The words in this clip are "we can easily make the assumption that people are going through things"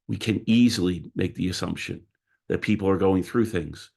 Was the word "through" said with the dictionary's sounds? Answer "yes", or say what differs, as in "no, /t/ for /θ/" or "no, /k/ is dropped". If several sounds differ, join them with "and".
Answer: yes